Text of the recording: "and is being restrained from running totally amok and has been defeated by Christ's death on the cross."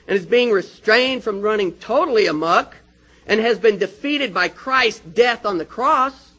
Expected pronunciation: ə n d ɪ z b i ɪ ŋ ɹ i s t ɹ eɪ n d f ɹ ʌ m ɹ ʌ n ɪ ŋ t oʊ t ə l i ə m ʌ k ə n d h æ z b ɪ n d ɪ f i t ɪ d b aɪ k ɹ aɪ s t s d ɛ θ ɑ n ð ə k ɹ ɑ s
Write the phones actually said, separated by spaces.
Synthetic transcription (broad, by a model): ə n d ɪ z b i ɪ ŋ ɹ i s t ɹ eɪ n d f ɹ ʌ m ɹ ʌ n ɪ ŋ t oʊ t l i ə m ʌ k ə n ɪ z b ɪ n d ɪ f i t ɪ d b aɪ k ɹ aɪ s s d ɛ θ n ð ə k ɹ ɑ s